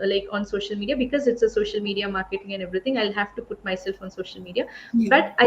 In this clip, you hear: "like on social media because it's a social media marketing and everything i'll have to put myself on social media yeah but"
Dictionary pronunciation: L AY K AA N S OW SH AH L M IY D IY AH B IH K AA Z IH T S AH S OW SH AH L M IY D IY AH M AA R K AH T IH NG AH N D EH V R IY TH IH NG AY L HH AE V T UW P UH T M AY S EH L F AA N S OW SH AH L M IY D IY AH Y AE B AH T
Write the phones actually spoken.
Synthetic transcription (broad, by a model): L AY K AA N S OW SH AH L M IY D IY AH B IH K AA Z IH T S AH S OW SH AH L M IY D IY AH M AA R K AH T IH NG AH N D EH V R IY T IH NG AY L HH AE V T UW P UH T M AY S EH L F AA N S OW SH AH L M IY D IY AH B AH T